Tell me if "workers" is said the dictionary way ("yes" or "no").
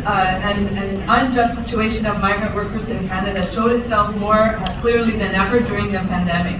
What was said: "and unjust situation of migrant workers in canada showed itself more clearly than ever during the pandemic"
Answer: yes